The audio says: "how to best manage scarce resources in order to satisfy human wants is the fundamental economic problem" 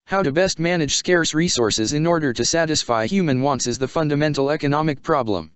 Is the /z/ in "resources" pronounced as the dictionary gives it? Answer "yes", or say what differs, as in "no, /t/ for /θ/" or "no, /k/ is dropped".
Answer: yes